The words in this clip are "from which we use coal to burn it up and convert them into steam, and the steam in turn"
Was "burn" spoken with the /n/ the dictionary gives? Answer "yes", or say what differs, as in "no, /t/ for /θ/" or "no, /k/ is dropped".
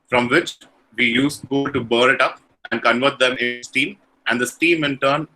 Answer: no, /n/ is dropped